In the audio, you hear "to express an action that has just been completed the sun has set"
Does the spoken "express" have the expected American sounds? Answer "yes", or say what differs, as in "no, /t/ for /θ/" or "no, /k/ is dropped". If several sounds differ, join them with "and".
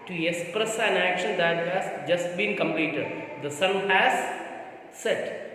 yes